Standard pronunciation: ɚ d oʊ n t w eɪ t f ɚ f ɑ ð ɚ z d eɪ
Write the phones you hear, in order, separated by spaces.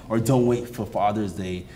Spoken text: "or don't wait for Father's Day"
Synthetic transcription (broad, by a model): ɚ d oʊ n t w eɪ t f ɚ f ɑ ð ɚ z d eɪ